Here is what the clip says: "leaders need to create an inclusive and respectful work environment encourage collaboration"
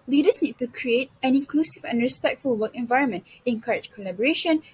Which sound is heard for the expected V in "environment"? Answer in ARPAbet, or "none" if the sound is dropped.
V